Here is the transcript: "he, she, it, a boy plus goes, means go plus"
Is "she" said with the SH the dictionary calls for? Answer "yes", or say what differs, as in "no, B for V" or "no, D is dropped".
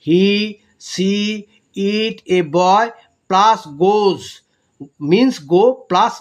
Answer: no, S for SH